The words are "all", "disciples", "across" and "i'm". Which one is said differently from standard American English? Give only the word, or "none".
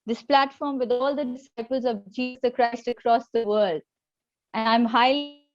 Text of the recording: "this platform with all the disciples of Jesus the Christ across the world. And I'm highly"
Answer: none